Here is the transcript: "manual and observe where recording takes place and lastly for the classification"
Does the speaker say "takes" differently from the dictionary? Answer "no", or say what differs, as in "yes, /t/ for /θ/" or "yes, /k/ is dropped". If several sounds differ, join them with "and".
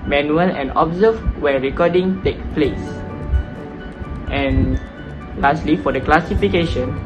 yes, /s/ is dropped